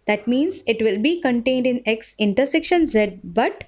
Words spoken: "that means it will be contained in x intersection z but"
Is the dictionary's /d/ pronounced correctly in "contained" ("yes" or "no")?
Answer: yes